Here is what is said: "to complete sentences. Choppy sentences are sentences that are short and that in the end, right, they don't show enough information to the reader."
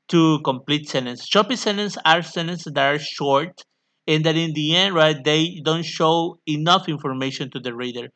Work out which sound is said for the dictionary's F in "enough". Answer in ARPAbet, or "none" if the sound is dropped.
F